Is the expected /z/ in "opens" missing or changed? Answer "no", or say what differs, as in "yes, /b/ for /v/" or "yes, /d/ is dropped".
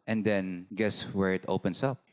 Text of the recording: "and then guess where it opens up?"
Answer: yes, /s/ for /z/